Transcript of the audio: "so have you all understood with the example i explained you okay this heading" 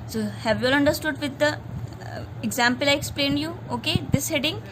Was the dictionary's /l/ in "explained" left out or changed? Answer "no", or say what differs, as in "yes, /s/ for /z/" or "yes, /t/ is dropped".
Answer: no